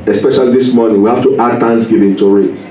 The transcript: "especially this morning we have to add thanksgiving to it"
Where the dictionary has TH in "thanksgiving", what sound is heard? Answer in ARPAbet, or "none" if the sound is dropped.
T